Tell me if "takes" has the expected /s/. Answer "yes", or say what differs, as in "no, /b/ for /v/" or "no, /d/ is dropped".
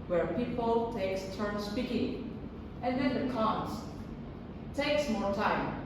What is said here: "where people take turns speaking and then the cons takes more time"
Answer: yes